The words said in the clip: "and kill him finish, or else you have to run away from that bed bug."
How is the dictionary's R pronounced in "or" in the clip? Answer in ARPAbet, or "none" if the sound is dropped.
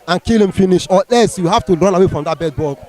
L